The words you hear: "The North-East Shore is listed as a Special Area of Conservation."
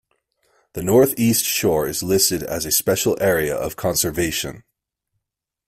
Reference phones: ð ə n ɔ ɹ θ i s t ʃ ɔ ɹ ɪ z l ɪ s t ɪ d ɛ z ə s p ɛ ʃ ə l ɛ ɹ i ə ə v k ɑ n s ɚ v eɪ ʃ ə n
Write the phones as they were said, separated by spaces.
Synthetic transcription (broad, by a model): ð ə n ɔ ɹ θ i s t ʃ ɔ ɹ ɪ z l ɪ s t ɪ d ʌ z ə s p ɛ ʃ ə l ɛ ɹ i ə ə v k ɑ n s ɚ v eɪ ʃ ə n